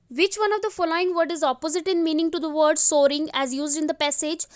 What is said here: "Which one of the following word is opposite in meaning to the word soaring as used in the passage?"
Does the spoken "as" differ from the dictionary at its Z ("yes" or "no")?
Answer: no